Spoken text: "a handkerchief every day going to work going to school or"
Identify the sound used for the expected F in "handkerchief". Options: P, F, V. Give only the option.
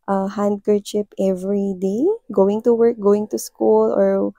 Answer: P